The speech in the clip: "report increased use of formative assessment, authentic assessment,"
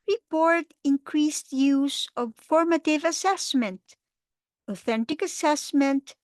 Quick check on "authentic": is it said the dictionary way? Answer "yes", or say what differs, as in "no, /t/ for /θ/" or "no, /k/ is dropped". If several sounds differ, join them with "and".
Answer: yes